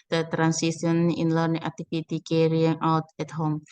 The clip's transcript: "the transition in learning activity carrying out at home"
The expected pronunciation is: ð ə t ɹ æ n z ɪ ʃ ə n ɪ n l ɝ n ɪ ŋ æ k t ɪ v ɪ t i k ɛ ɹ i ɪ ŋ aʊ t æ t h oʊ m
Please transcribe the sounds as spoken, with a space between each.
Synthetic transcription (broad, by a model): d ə t ɹ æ n s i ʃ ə n ɪ n l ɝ n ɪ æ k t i p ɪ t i k ɛ ɹ i ɪ ŋ aʊ t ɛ t h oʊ m